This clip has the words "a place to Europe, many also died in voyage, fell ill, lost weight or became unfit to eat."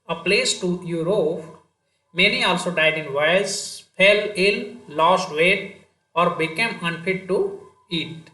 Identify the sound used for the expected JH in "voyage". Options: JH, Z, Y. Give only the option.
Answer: Z